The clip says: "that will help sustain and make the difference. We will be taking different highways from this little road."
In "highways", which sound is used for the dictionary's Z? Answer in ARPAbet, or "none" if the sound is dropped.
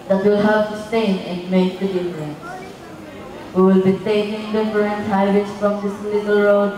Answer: S